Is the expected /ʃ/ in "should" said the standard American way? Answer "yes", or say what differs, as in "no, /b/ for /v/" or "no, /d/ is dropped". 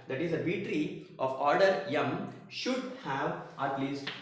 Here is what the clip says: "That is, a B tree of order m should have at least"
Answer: yes